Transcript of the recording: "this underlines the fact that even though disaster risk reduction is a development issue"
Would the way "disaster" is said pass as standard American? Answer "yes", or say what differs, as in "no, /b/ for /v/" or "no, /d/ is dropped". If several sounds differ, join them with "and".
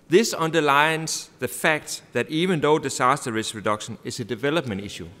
no, /s/ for /z/